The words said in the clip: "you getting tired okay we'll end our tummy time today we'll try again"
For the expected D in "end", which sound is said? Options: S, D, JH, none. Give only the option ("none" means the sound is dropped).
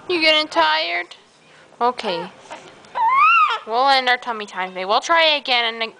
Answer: none